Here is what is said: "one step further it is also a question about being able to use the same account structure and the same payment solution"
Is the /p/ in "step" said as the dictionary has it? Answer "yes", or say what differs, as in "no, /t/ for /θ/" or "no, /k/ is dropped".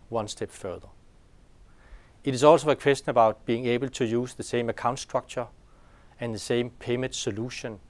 no, /b/ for /p/